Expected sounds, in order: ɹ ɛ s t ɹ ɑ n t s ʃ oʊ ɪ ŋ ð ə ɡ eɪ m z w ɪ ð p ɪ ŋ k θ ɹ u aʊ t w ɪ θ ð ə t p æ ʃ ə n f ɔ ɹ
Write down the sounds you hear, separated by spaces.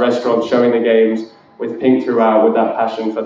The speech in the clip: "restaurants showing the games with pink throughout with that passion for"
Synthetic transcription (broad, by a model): ɹ ɛ s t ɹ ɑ n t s ʃ oʊ ɪ ŋ ð ə ɡ eɪ m z w ɪ ð p ɪ ŋ k θ ɹ u aʊ t w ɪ ð ə t p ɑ ʃ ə n f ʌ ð